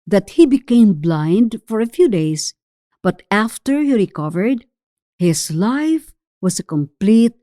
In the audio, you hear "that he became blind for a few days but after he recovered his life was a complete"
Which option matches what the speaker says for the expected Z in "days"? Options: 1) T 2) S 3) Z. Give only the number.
2